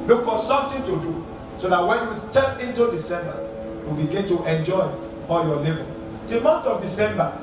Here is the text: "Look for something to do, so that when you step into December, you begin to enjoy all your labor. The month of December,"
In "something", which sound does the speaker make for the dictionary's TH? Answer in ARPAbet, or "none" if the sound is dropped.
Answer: T